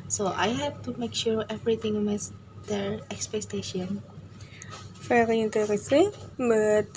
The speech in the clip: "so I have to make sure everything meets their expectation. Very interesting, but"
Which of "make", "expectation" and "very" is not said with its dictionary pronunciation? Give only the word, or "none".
very